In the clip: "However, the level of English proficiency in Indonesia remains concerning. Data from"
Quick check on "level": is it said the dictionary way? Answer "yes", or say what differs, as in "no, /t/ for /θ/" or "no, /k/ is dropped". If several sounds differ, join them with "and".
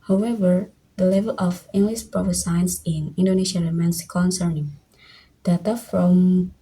yes